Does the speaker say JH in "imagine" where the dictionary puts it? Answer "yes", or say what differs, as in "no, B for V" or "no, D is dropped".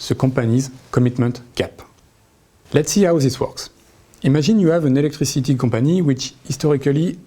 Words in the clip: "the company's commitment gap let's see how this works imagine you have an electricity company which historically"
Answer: no, ZH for JH